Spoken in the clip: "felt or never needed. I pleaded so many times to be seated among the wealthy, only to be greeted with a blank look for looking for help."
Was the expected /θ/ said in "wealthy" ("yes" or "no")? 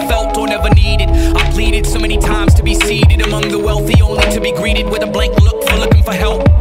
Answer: yes